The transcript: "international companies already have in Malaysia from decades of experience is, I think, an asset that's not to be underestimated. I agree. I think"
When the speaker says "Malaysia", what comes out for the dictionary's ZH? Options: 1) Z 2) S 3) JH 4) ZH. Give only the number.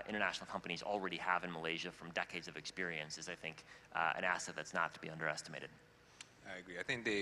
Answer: 4